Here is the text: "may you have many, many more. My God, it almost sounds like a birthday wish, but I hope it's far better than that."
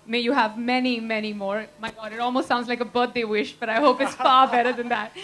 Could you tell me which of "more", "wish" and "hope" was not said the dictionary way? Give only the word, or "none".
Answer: none